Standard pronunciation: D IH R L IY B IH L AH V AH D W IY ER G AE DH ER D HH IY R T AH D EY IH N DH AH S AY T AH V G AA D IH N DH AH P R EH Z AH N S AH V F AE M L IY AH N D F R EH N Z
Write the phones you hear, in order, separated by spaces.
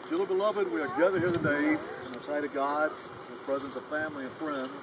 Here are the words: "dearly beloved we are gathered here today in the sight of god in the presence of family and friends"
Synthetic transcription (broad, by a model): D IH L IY B IH L AH V AH D W IY ER G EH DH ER HH IY R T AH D EY IH N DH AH S AY T AH V G AA D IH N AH P R EH Z AH N S AH V F AE M L IY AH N F R EH N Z